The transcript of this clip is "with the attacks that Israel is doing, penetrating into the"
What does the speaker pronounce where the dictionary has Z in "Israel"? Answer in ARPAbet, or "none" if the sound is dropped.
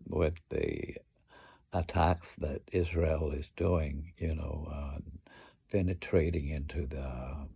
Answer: Z